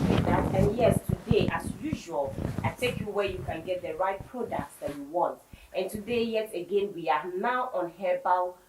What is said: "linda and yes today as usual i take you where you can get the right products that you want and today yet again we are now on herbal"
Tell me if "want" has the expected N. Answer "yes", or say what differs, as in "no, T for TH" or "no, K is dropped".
yes